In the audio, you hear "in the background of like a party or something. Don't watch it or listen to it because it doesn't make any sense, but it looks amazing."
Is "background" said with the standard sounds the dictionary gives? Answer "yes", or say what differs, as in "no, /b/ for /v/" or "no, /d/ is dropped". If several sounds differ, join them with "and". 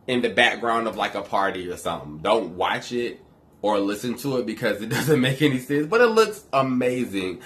yes